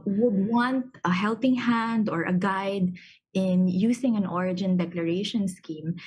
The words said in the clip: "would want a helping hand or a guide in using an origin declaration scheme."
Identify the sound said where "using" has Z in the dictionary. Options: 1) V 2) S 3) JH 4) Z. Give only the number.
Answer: 2